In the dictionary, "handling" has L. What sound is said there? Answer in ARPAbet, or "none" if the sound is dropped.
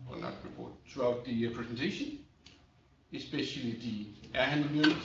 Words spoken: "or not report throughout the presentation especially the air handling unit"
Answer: none